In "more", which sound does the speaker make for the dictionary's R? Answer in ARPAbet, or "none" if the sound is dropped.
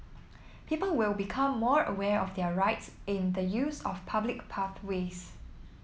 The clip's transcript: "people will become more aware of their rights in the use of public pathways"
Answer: R